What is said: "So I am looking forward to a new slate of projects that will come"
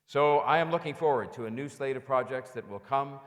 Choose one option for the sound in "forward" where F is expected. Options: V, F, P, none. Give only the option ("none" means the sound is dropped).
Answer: F